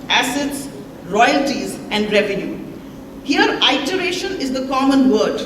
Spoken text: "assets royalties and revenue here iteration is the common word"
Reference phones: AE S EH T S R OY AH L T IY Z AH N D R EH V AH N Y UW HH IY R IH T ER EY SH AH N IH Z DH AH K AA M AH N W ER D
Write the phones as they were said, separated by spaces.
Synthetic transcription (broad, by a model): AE S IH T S R OY AH L T IY Z AH N D R EH V AH N Y UW HH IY R IH T ER EY SH AH N IH Z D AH K AA M AH N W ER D